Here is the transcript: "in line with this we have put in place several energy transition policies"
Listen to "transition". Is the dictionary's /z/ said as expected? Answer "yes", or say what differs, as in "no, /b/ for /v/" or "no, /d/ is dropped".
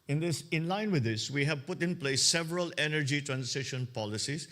no, /s/ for /z/